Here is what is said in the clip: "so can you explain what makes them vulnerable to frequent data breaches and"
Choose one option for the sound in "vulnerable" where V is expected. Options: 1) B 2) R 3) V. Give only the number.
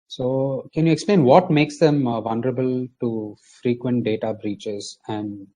3